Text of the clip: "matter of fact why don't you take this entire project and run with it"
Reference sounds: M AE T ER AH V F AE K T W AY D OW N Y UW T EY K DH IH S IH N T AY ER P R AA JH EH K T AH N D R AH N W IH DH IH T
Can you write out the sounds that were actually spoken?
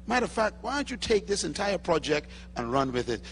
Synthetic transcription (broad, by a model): M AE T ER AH F AE K T W AY D OW N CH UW T EY K DH IH S IH N T AY ER P R AA JH EH K T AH N R AH N W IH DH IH T